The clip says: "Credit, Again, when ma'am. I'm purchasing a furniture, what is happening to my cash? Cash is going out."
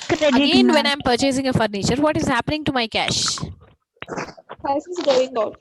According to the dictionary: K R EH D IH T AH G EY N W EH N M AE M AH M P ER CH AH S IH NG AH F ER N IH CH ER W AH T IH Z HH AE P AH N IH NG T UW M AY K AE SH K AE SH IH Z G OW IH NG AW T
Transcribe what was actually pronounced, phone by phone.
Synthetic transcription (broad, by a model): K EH AH G EY N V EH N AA AH M P ER CH AH S IH NG AH F ER N IH CH ER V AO T IH Z HH AE P AH N IH NG T UW M AY K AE SH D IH S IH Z G OW IH NG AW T